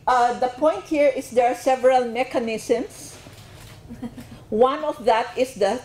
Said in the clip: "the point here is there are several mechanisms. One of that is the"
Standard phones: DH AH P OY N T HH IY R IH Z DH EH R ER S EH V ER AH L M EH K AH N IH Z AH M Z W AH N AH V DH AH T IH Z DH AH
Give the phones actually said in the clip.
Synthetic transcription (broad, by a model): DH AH P OY N T HH IY R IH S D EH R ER S EH V ER AH L M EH K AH N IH S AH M S W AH N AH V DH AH T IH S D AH